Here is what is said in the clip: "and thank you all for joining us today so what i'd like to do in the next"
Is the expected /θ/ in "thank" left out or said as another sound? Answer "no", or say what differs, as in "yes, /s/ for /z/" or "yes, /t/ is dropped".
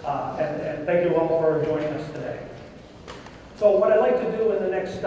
no